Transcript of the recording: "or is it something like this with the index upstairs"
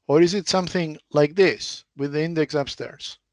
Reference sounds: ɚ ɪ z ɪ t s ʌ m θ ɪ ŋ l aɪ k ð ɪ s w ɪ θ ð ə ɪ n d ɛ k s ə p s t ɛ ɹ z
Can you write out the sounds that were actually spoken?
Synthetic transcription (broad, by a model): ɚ ɪ z ɪ t s ʌ m θ ɪ ŋ l aɪ k ð ɪ s w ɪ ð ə ɪ n d ɛ k s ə p s t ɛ ɹ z